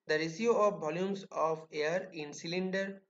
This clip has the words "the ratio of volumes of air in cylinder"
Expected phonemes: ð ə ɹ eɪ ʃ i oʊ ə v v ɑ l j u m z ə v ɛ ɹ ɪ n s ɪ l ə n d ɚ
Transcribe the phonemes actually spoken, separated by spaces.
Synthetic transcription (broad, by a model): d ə ɹ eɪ s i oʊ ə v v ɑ l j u m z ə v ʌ ɹ ɪ n s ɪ l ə n d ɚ